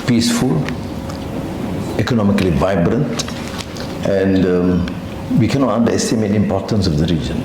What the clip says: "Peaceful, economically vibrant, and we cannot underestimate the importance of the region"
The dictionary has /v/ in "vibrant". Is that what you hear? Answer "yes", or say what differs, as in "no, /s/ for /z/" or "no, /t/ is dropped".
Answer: yes